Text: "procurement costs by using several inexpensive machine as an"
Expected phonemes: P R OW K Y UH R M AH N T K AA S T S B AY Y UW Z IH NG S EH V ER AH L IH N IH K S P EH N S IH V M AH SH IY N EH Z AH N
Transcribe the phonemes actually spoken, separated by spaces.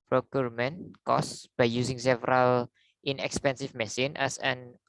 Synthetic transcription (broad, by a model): P R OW K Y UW R M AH N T K AA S S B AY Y UW S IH NG S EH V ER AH L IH N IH K S P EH N S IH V M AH S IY N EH S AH N